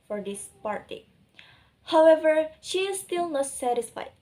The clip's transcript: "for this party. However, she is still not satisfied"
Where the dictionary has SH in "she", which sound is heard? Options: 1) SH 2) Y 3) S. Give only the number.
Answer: 1